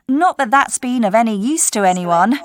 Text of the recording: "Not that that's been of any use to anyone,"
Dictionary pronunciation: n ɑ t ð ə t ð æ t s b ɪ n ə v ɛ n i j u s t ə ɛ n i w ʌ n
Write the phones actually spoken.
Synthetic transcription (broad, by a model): n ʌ t ð ə t ð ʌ t s b ɪ n ə v ɛ n i j u s t ə ɛ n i w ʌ n